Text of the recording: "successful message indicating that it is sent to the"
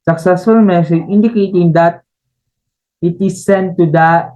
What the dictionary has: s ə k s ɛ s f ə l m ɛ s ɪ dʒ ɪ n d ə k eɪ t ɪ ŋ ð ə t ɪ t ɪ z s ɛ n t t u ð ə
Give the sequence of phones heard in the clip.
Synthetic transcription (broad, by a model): s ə k s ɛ s f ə l m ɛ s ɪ ɪ n d ə k eɪ t ɪ ŋ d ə t ɪ t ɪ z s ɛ n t t u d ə